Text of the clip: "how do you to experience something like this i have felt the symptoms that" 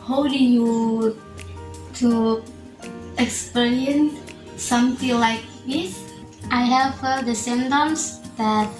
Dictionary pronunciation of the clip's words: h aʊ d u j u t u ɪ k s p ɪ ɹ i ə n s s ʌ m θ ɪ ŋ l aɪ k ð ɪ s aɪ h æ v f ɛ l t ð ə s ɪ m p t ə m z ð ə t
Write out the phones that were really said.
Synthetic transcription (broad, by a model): h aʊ d u j u t u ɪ k s p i ɹ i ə n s s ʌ m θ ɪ ŋ l aɪ k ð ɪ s aɪ h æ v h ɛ t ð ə s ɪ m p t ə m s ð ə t